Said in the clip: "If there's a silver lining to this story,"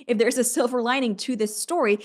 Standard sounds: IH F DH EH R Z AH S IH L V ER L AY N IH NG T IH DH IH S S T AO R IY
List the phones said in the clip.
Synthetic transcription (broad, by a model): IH F DH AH R Z AH S IH L V ER L AY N IH NG T IH DH IH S S T AO R IY